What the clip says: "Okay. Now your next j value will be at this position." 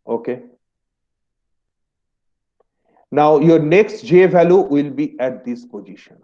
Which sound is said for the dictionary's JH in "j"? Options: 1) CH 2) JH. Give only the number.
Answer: 2